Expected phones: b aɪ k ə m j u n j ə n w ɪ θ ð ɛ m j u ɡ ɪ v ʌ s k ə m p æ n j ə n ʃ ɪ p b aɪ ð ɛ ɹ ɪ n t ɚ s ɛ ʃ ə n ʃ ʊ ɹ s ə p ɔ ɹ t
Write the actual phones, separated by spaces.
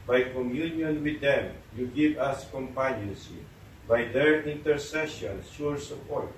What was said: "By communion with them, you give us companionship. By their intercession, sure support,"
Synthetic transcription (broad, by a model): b aɪ k ə m j u n j ə n w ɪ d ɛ m j u ɡ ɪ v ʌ s k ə m p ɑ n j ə n s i b aɪ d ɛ ɹ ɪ n t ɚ s ɛ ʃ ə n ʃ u ɹ s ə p ɔ ɹ t